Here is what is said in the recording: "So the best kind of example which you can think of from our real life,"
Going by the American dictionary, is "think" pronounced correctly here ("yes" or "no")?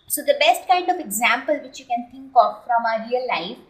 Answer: no